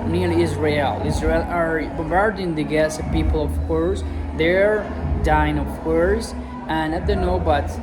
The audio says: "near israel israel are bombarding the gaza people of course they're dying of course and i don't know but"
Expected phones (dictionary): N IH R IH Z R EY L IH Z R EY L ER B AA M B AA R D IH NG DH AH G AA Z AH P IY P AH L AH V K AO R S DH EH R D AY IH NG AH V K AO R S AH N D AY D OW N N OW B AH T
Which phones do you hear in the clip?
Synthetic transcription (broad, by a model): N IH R IH Z R EY L IH Z R EY L ER B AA M B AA R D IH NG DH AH G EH S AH P IY P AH L AH V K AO R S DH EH R D AY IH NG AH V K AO R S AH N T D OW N N OW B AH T